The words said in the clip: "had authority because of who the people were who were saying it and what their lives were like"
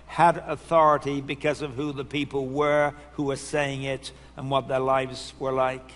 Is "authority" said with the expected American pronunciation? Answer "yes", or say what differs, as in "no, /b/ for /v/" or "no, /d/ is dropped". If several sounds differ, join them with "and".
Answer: yes